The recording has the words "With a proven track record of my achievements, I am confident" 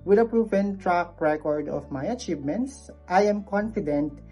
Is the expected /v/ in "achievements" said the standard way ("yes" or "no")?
yes